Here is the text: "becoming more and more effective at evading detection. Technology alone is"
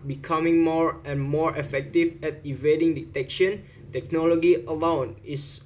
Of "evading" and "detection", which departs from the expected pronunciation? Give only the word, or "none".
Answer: none